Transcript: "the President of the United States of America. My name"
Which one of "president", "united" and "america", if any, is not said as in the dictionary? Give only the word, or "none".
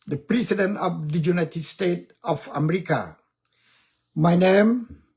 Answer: president